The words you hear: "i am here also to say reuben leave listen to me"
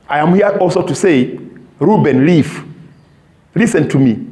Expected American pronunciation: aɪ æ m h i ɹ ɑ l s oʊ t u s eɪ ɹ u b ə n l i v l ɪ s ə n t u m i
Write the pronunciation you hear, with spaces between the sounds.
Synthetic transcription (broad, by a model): aɪ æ m h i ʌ ɑ l s oʊ t u s eɪ ɹ u b ə n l i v l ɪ s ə n t u m i